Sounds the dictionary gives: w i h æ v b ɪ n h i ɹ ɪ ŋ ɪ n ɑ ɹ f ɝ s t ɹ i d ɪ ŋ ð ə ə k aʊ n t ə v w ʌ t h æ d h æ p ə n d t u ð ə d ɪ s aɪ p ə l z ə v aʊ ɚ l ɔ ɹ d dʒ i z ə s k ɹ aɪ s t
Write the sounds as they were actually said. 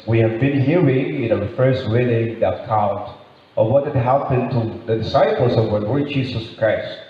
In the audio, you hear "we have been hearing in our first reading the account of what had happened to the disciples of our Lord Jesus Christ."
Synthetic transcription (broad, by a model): w i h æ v b ɪ n h i ɹ ɪ ŋ ɪ n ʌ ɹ f ɝ s t w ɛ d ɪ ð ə ə k aʊ n t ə w ʌ t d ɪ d h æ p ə n t u ð ə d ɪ s aɪ p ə l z ə v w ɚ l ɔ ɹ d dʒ i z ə s k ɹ aɪ s t